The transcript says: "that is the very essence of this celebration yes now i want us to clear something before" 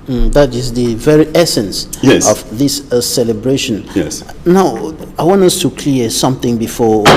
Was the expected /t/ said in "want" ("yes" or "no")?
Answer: no